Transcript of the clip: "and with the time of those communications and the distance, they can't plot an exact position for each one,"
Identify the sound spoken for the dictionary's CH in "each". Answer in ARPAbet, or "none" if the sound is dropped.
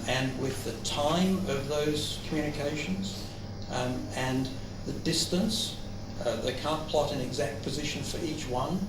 CH